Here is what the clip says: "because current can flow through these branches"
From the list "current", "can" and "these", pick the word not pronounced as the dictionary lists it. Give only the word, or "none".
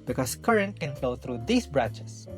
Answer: these